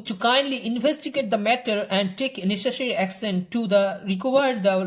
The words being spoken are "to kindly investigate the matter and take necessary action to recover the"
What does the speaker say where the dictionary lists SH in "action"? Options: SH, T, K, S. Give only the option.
S